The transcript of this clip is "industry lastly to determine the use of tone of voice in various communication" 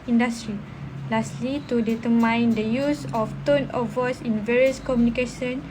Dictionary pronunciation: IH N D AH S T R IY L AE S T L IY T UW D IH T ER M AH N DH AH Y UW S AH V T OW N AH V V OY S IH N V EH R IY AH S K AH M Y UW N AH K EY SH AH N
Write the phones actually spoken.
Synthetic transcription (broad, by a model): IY N D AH S T R IY L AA S T L IY T UW D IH T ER M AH N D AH Y UW S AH F T OW N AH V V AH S IH N V EH R IY AH S K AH M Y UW N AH K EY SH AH N